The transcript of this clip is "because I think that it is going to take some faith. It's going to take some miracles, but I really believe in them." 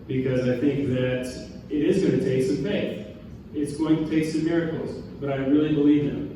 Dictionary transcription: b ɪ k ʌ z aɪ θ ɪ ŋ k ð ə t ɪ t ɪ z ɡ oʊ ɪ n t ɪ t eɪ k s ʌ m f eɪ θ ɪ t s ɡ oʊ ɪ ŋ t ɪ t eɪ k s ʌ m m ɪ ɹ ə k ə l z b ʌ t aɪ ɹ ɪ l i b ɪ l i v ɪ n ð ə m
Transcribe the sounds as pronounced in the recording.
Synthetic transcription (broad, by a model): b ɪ k ʌ z aɪ θ ɪ ŋ k ð ə t ɪ t ɪ z ɡ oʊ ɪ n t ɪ t eɪ k s ʌ m f eɪ θ ɪ t s ɡ oʊ ɪ ŋ t ɪ t eɪ k s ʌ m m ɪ ɹ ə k l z b ʌ t aɪ ɹ ɪ l i b ɪ l i v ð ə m